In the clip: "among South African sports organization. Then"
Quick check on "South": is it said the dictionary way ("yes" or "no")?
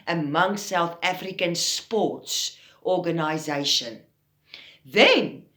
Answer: yes